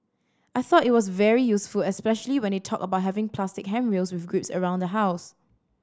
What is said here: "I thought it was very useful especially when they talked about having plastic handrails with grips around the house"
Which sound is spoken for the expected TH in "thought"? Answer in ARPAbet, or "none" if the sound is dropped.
TH